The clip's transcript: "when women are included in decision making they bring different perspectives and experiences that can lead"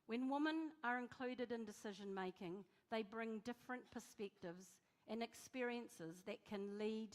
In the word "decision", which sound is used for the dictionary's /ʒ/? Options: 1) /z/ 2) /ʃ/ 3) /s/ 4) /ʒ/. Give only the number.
4